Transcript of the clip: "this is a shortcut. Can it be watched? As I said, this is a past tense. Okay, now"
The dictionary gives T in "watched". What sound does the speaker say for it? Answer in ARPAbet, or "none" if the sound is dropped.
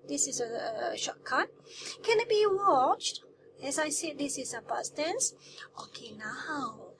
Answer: T